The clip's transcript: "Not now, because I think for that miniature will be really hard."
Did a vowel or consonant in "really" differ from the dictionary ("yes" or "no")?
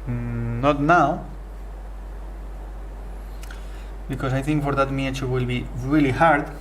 no